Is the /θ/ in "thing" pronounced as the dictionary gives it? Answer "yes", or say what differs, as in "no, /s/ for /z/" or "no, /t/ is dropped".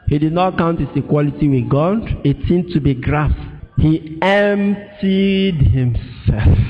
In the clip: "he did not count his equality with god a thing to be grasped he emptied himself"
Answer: no, /s/ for /θ/